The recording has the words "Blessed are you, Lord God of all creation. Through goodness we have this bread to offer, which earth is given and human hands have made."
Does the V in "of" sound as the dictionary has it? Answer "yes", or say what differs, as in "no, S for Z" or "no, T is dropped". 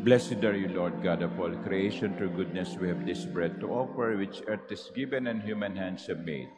no, P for V